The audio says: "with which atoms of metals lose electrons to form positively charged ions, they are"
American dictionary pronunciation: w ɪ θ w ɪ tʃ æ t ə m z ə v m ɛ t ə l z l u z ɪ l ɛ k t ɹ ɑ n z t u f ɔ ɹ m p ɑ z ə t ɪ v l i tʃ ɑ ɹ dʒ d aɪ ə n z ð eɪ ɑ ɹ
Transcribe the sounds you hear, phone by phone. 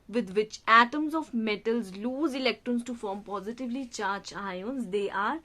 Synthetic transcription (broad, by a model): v ɪ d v ɪ tʃ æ t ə m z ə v m ɛ t ə l z l u z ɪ l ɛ k t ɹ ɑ n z t u f ɔ ɹ m p ɑ z ə t ɪ v l i tʃ ɑ ɹ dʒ aɪ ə n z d eɪ ɑ ɹ